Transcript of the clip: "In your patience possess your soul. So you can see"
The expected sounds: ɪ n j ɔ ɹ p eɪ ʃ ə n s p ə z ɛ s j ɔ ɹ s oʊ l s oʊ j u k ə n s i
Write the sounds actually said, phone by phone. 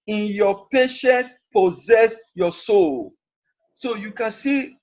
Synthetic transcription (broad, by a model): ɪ n j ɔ p eɪ ʃ ə n s p ə z ɛ s j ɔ s oʊ l s oʊ j u k ə n s i